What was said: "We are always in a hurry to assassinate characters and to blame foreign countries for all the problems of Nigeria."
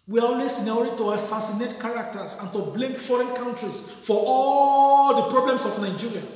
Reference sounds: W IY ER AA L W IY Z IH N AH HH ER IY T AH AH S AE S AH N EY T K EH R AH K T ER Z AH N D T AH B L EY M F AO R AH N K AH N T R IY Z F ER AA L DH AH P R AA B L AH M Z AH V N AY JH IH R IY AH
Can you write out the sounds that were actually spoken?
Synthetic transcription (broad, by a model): W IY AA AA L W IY S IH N AH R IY T AH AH S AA S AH N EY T K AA R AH K T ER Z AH N T AH B L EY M F AO R AH N K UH N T R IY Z F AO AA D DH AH P R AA B L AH M S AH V N AY JH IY R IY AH